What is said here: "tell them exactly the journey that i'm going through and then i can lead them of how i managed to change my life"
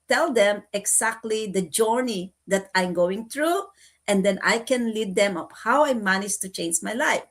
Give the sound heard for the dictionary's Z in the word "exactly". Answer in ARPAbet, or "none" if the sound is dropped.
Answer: S